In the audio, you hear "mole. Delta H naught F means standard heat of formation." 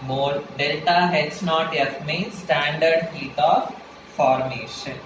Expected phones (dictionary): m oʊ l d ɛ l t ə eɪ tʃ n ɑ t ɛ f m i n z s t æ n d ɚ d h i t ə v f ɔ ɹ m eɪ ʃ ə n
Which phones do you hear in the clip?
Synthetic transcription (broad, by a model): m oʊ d d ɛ l t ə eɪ s n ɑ t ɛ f m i n s t æ n d ɚ d h i t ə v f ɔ ɹ m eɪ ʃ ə n